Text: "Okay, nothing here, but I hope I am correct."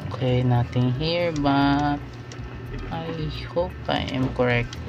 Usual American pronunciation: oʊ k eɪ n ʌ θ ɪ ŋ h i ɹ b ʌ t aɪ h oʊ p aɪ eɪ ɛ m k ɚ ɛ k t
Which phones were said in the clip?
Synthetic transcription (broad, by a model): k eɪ n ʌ t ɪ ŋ h i ɹ b ʌ t aɪ h oʊ p aɪ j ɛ m k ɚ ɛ k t